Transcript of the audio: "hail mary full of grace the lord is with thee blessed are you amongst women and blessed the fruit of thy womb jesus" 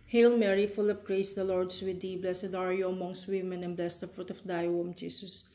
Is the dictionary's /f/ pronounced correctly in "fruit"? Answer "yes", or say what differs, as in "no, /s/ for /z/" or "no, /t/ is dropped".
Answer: yes